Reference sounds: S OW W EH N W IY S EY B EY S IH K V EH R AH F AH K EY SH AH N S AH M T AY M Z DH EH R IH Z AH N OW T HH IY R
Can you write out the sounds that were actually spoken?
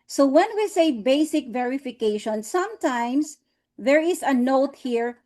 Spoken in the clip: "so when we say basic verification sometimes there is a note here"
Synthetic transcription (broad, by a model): S OW W EH N W IY S EY B EY S IH K V EH R AH F AH K EY SH AH N S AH M T AY M S DH EH R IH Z AH N OW T HH IY R